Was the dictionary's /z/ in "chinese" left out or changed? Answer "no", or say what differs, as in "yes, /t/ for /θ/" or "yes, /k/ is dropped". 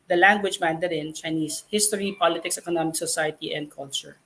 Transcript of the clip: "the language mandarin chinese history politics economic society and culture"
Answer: yes, /s/ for /z/